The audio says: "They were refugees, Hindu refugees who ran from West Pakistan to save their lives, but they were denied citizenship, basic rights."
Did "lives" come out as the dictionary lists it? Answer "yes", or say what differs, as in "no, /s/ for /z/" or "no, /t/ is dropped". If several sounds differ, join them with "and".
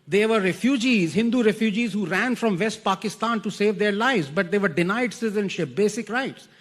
yes